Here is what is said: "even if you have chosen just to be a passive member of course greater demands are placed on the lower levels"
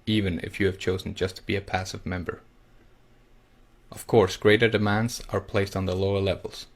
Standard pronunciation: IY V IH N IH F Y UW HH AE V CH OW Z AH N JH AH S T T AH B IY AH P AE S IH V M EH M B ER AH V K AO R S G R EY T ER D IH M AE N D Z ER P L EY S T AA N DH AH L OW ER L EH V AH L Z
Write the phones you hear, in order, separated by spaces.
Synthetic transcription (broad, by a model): IY V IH N IH F Y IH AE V CH OW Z N JH AH S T T AH B IY AH P AE S IH V M EH M B ER AH V K AO R S G R EY T ER D IH M AE N D Z ER P L EY S T N DH AH L OW ER L EH V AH L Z